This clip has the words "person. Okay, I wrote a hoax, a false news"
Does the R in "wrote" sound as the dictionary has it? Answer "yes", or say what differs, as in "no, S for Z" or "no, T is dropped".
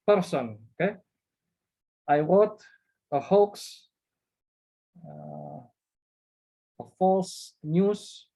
no, W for R